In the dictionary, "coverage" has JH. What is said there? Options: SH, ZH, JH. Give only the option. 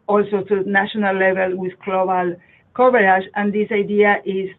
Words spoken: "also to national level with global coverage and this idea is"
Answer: SH